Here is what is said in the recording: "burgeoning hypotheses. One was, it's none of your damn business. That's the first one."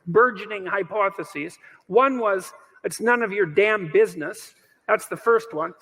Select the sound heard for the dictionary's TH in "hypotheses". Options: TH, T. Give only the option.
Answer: TH